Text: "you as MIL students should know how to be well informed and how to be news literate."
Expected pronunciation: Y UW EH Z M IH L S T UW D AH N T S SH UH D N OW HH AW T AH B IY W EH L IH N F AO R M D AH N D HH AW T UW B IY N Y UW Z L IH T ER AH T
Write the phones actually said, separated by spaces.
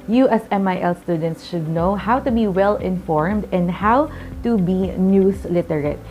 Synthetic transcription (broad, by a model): Y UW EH S M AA L S T UW D AH N T S SH UH D N OW HH AW T AH B IY W EH L IH N F AO R M D AH N D HH AW T UW B IY N Y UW S L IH T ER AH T